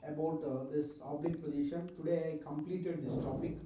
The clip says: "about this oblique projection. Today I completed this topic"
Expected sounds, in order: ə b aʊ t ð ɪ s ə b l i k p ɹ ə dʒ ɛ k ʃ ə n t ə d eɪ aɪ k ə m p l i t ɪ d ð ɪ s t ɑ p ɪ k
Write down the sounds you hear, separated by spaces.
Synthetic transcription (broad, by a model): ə b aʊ t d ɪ s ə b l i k p ə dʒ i ʃ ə n t ə d eɪ aɪ k ə m p l i t ɪ d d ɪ s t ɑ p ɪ k